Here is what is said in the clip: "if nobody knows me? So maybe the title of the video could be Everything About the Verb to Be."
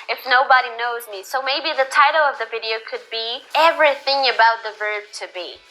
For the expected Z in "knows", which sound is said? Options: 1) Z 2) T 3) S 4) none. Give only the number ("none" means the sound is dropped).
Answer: 1